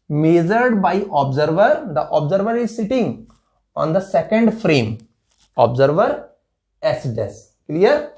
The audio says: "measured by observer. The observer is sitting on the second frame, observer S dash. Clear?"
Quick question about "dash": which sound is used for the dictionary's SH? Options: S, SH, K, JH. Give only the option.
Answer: S